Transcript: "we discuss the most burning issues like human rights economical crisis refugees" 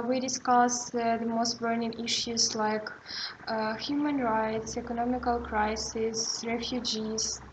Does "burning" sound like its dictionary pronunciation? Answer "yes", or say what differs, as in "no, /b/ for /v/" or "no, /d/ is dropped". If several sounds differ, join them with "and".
yes